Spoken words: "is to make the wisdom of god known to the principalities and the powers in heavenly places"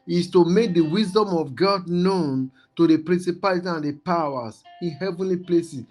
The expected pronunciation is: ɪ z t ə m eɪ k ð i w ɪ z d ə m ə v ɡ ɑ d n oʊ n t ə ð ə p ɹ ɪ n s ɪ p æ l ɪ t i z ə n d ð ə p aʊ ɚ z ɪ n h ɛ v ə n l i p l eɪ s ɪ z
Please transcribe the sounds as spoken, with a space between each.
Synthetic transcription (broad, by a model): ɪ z t ə m eɪ k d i w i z d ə m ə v ɡ ɑ d n oʊ n t ə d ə p ɹ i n s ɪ p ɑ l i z ə n d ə p aʊ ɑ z ɪ n h ɛ v ə n l i p l eɪ s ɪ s